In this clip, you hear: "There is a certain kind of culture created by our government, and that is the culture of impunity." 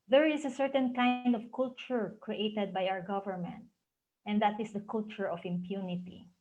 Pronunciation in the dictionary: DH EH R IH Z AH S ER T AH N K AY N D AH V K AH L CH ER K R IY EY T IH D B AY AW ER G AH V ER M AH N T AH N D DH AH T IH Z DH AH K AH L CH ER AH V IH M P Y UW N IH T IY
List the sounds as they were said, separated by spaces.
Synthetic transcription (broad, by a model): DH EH R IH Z AH S ER T AH N K AY N D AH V K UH L CH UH K R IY EY T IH D B AY AW ER G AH V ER M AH N T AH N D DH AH T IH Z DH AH K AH L CH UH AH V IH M P Y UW N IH T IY